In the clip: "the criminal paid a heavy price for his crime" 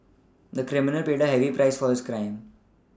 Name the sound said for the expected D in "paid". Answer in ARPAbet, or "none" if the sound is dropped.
D